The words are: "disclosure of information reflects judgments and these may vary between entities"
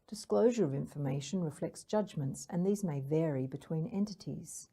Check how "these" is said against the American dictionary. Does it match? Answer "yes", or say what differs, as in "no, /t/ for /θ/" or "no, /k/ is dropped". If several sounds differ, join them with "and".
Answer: yes